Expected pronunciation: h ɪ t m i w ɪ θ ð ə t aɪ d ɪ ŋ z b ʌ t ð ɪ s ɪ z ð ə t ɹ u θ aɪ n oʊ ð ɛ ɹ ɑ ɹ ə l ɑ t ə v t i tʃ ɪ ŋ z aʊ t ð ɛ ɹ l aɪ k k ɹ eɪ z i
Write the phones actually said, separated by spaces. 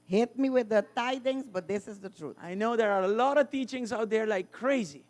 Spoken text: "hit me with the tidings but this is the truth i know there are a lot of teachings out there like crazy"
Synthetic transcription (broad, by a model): h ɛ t m i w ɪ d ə t aɪ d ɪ ŋ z b ʌ t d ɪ s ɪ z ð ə t ɹ u t aɪ n oʊ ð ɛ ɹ ɑ ɹ ə l ɑ t ə v t i tʃ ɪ ŋ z aʊ t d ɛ ɹ l aɪ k k ɹ eɪ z i